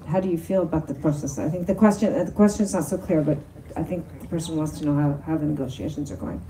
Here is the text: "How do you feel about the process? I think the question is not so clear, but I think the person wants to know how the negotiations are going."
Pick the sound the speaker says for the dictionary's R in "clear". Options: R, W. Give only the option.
R